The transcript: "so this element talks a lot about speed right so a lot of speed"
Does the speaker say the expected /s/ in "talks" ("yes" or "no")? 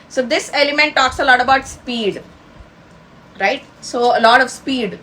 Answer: yes